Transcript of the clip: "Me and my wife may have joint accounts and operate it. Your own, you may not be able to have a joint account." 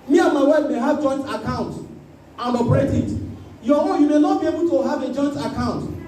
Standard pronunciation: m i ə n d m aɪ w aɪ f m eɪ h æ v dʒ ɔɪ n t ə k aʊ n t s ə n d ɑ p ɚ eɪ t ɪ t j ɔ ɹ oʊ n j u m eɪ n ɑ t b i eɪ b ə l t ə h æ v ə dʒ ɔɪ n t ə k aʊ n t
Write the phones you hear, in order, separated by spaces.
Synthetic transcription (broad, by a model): m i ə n m aɪ w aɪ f m eɪ h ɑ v dʒ ɔɪ n t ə k aʊ n t ə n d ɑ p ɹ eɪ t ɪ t j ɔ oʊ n j u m eɪ n ɑ t b i eɪ b ə l t ə h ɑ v ə dʒ ɔɪ n t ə k aʊ n t